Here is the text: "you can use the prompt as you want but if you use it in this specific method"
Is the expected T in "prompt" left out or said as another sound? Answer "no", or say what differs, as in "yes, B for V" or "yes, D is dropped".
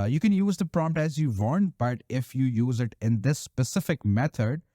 no